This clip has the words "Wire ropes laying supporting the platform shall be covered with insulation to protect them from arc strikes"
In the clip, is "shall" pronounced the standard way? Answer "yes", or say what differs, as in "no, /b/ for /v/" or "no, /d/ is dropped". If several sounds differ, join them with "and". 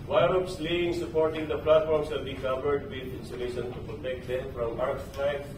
no, /s/ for /ʃ/